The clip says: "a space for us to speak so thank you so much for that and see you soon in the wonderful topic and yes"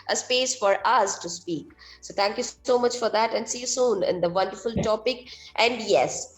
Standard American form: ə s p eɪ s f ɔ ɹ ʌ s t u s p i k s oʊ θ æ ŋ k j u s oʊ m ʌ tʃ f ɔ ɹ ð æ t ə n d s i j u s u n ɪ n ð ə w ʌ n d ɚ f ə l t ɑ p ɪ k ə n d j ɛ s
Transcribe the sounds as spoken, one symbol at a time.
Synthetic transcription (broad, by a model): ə s p eɪ s f ɔ ɹ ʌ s t u s p i k s oʊ t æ ŋ k j u s oʊ m ʌ tʃ f ɔ ɹ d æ t ə n d s i j u s u n ɪ n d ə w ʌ n d ɚ f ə l t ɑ p ɪ k ə n d j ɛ s